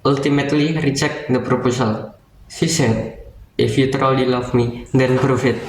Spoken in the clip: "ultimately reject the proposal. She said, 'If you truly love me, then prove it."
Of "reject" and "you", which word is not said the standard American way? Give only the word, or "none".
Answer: reject